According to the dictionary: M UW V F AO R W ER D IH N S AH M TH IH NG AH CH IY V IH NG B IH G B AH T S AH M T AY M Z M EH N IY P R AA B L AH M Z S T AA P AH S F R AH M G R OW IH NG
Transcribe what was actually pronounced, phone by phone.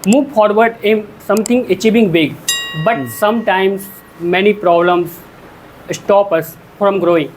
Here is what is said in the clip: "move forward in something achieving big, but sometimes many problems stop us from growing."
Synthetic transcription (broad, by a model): M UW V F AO R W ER D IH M S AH M T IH NG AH CH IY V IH NG B IH G B AH T S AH M T AY M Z M EH N IY P R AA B L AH M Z S T AA P AH S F R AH M G R OW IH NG